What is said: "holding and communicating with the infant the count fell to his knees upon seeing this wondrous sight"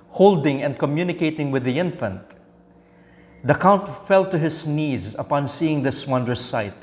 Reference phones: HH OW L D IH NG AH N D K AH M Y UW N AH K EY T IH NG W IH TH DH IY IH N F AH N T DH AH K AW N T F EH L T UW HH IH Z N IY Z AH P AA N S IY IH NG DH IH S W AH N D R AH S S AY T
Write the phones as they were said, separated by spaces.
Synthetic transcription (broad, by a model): HH OW L D IH NG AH N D K AH M Y UW N AH K EY T IH NG W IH DH IY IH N F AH N T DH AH K AW N T F EH L T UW HH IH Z N IY Z AH P AA N S IY IH NG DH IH S W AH N D AH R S AY T